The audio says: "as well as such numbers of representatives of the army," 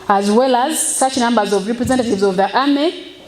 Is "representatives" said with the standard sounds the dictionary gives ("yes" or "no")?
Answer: yes